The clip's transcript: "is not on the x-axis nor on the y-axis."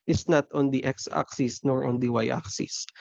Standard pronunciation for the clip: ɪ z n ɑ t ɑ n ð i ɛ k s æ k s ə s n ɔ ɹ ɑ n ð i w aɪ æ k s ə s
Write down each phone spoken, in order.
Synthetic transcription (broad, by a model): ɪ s n ɑ t ɑ n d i ɛ k s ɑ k s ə s n ɔ ɹ ɑ n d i w aɪ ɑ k s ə s